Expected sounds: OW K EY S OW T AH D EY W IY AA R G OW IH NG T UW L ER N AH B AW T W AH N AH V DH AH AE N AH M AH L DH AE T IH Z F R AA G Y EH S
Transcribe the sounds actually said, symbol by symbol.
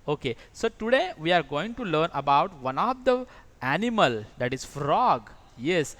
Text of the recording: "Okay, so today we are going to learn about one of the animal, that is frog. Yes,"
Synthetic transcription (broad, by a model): OW K EY S OW T AH D EY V IY AA R G OW IH NG T UW L ER N AH B AW T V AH N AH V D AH AE N AH M AH L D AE T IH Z F R AA G Y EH S